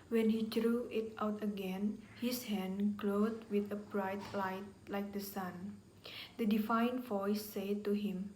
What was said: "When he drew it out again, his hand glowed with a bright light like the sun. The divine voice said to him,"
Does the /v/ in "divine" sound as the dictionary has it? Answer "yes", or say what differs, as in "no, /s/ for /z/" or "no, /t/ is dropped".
no, /f/ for /v/